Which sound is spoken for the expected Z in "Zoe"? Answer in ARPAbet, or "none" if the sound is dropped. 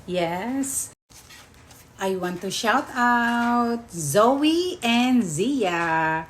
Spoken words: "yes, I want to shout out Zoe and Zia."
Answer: Z